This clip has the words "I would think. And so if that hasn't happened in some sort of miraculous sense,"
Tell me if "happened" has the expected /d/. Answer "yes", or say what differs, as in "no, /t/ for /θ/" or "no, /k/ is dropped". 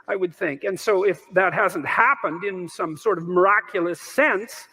yes